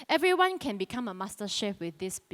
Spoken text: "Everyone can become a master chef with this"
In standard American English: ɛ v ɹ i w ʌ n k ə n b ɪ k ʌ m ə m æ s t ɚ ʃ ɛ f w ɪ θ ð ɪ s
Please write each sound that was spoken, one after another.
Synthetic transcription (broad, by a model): ɛ v ɹ i w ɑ n k ə n b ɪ k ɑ m ə m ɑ s t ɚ ʃ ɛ p w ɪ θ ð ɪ s